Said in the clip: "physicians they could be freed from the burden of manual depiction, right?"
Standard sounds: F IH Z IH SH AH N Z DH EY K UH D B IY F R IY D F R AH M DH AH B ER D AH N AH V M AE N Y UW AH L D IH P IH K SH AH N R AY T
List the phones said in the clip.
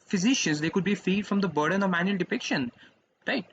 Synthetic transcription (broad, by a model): F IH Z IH SH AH N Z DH EY K UH D B IY F IY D F R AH M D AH B ER D AH N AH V M AE N Y UW AH L D IH P IH K SH AH N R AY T